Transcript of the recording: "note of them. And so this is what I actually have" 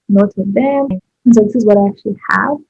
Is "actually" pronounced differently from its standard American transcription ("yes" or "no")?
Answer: no